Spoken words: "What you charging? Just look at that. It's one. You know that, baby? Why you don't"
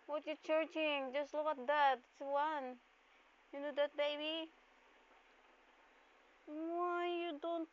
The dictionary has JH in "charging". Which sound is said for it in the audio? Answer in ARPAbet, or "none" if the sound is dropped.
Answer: CH